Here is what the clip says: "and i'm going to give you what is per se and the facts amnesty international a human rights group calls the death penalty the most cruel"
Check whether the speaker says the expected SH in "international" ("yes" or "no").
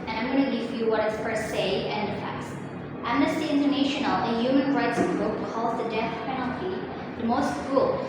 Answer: yes